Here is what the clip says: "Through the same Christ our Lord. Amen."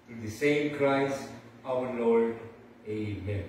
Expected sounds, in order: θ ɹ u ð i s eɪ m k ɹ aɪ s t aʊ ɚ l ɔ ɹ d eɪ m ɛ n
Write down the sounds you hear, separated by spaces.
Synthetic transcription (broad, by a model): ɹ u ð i s eɪ m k ɹ aɪ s aʊ ɚ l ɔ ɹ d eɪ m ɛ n